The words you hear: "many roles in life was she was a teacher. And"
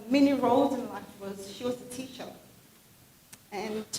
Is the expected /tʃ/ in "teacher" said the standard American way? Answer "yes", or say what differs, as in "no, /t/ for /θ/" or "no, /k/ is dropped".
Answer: no, /ʃ/ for /tʃ/